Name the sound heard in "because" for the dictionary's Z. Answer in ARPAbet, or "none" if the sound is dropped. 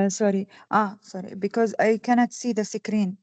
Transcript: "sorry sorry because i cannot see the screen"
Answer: Z